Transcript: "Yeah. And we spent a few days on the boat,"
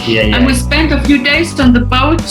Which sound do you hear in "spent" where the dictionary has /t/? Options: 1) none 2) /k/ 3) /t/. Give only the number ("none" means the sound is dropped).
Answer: 3